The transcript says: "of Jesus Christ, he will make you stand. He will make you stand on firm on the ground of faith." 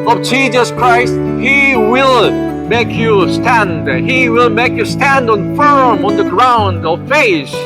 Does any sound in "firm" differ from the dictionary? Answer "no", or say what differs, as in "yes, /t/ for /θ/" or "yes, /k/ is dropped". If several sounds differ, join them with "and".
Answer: no